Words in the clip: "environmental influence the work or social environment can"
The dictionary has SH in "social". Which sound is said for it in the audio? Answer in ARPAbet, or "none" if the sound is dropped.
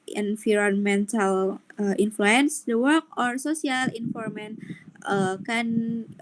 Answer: S